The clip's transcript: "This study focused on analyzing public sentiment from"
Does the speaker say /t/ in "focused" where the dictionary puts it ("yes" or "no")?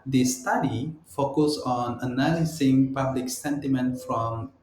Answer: no